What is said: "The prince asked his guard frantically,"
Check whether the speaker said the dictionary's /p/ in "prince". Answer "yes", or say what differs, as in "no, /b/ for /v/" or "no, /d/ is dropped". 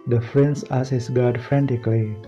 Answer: no, /f/ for /p/